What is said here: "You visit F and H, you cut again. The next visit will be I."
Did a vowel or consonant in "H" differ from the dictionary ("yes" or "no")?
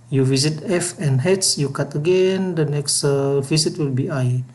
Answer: yes